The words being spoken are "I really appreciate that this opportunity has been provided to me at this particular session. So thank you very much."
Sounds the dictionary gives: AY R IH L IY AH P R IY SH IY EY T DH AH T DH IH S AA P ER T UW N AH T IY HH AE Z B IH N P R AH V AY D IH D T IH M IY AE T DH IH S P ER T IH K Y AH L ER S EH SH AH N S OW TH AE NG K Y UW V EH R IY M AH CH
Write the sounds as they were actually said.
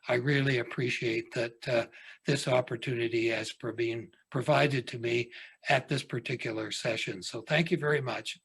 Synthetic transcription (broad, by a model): AY R IH L IY AH P R IY SH IY EY T DH AH T DH IH S AA P ER T UW N AH T IY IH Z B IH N P R AH V AY D IH D T IH M IY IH T DH IH S P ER T IH K Y L ER S EH SH AH N S OW TH AE NG K Y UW V EH R IY M AH CH